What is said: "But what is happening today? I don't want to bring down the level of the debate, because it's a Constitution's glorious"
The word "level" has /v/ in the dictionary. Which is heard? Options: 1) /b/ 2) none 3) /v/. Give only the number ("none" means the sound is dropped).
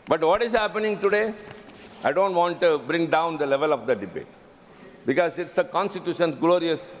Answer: 3